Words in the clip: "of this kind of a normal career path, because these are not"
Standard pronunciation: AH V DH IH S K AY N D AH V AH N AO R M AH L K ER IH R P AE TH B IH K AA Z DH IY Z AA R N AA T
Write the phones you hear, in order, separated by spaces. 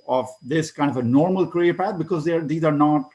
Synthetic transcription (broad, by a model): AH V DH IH S K AY N D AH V AH N AO R M AH L K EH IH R P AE T B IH K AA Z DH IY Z AA R N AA T